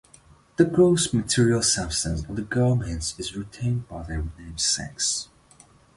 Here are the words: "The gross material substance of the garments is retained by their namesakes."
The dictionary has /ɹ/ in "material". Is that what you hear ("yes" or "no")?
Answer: yes